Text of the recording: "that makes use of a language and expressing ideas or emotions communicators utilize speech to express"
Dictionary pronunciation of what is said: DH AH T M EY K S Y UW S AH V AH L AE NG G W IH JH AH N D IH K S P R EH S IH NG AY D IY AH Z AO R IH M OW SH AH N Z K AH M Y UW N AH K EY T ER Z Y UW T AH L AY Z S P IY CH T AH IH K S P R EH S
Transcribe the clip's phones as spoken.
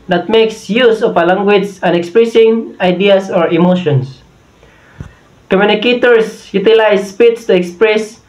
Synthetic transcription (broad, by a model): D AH T M EY K S Y UW S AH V AH L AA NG G W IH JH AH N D IH K S P R EH S IH NG AY D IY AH S AO R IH M OW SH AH N S K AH M Y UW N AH K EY T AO S Y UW T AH L AY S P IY S T AH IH K S P R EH S